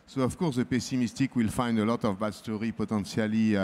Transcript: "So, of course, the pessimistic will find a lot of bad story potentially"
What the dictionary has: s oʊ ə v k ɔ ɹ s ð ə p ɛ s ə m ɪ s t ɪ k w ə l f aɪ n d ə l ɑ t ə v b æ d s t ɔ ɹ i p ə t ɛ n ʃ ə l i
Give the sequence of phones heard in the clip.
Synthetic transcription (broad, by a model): s oʊ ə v k ɔ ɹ s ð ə p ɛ s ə m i s t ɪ k w ə l f aɪ n d ə l ɑ t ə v b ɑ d s t ɔ ɹ i p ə t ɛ n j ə l i